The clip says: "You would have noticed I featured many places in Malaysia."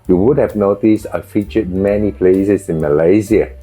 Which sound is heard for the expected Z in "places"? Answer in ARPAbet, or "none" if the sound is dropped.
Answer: S